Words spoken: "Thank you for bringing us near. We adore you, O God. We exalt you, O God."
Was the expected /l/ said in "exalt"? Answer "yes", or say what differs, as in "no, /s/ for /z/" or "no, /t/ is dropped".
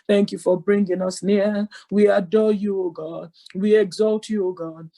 yes